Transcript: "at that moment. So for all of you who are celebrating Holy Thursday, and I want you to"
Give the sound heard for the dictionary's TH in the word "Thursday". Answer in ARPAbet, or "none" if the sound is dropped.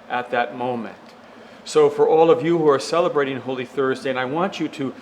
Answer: TH